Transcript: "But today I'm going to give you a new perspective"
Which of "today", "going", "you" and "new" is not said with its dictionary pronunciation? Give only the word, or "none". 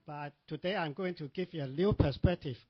new